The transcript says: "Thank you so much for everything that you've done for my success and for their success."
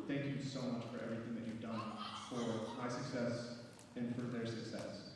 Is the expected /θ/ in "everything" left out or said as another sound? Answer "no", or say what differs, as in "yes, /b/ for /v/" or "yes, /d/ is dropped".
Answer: no